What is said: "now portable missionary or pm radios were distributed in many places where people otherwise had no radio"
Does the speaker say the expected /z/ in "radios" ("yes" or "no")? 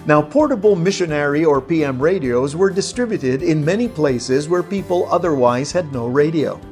yes